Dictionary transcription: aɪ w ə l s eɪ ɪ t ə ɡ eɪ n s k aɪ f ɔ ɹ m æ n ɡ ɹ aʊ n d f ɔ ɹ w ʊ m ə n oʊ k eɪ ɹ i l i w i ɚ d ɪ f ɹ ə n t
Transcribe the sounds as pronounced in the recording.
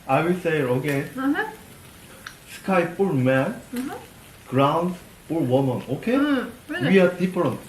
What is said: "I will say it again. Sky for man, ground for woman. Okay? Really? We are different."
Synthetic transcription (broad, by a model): aɪ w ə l s eɪ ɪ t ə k eɪ s k aɪ p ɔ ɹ m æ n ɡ ɹ aʊ n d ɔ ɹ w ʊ m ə n oʊ k eɪ w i i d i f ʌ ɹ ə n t